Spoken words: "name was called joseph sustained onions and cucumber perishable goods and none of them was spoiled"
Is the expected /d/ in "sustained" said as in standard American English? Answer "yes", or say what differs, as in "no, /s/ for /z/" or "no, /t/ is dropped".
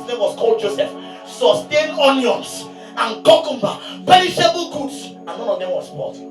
no, /d/ is dropped